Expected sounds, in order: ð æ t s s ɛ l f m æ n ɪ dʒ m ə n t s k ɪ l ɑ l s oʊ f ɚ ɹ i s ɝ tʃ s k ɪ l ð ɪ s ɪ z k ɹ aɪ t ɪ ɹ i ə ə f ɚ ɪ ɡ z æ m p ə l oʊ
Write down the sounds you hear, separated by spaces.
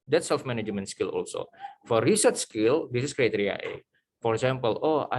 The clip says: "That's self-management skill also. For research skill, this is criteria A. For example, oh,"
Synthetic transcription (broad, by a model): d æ t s s ɛ l f m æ n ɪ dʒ m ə n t s k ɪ l ɑ l s oʊ f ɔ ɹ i s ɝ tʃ s k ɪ l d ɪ s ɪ s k ɹ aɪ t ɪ ɹ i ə ə f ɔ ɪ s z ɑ m p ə l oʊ